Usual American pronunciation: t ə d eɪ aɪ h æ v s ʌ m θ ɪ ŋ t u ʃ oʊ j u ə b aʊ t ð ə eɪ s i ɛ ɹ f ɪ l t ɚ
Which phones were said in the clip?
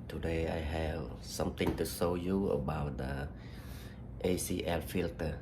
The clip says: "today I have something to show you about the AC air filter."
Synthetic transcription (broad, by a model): t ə d eɪ aɪ h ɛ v s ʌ m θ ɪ ŋ t u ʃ oʊ j u ə b aʊ t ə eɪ s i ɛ l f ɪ l t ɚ